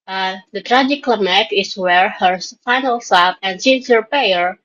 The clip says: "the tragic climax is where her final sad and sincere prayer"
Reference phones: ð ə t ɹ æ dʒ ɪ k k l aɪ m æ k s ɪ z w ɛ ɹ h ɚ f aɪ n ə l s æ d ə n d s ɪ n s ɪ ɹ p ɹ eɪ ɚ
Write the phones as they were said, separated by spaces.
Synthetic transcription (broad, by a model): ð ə t ɹ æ dʒ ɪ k k l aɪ m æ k ɪ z w ɛ ɹ h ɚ f aɪ n ə l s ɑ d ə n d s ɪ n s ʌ ɹ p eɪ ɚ